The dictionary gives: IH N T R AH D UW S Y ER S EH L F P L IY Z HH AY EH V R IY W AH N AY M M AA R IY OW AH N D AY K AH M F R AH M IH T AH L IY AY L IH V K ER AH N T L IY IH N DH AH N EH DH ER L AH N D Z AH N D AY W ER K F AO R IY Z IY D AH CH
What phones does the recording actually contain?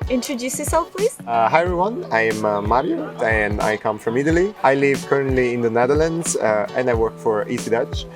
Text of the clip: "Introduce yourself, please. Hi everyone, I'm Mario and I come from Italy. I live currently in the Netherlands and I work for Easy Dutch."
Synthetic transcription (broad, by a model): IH N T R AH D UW S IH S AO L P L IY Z HH AY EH R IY W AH N AY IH M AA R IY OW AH N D AY K AH M F R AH M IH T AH L IY AY L IH V K ER AH N T L IY IH N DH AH N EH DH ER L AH N D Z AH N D AY W ER K F AO R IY S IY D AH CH